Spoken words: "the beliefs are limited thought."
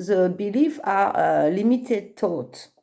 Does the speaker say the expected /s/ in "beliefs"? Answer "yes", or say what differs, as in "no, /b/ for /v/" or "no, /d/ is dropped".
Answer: no, /s/ is dropped